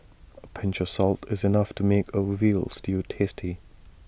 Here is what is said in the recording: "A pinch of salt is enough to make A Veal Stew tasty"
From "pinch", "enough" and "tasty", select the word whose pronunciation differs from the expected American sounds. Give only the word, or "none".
none